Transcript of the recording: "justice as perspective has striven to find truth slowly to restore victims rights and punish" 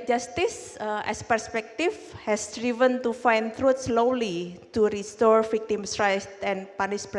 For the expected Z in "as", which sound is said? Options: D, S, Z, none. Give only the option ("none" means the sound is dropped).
S